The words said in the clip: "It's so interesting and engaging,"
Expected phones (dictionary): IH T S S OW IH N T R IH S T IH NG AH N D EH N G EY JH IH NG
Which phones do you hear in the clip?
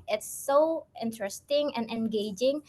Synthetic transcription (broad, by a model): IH T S S OW IH N T R IH S T IH NG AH N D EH N G EY JH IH NG